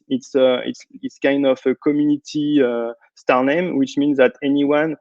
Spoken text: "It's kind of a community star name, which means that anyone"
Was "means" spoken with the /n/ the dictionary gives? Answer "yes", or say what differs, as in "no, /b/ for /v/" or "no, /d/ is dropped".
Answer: yes